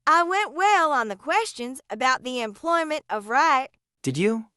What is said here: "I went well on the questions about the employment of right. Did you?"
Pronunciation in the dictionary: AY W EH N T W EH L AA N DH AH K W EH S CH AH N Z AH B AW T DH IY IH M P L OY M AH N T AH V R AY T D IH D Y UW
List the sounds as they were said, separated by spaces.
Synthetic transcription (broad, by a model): AY W EH N T W EH L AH N DH AH K W EH S CH AH N Z AH B AW T DH IY IH M P L OY M AH N T AH V R AY T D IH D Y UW